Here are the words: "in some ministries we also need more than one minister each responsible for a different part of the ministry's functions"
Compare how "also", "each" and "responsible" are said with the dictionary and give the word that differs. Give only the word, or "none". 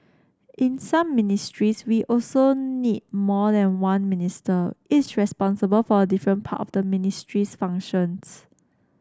each